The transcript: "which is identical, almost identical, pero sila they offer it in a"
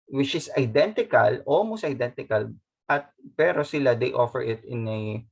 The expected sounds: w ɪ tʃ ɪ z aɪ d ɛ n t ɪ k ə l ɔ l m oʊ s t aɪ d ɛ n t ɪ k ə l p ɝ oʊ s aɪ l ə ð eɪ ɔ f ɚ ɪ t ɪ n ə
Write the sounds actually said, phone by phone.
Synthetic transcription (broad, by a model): w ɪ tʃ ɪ s aɪ d ɛ n t ɪ k ə l ɔ m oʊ s aɪ d ɛ n t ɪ k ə l p ɝ oʊ s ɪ l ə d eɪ ɔ f ɚ ɪ t ɪ n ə